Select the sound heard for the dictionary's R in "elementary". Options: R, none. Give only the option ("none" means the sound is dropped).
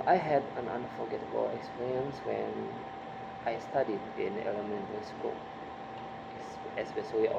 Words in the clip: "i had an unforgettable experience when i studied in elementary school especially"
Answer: none